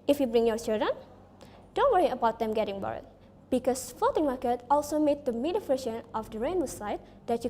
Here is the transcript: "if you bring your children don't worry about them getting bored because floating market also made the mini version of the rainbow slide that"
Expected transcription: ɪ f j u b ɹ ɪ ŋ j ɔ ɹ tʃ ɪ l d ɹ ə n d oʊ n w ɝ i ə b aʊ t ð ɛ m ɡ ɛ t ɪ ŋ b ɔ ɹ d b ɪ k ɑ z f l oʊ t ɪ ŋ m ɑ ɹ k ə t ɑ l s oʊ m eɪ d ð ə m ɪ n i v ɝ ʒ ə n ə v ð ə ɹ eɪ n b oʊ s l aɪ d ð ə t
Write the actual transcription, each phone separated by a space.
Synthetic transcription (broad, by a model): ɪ f j u b ɹ ɪ ŋ j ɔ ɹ tʃ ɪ l d ɹ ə n d oʊ n w ɝ i ə b aʊ t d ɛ m ɡ ɛ t ɪ ŋ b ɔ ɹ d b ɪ k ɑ s f l oʊ t ɪ ŋ m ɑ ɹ k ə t ɑ l s oʊ m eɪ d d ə m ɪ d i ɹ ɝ ʃ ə n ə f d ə ɹ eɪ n oʊ s aɪ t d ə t